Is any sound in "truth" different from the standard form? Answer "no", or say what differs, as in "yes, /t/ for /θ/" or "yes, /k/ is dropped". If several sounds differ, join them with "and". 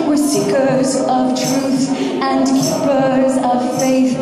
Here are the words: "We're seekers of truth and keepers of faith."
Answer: no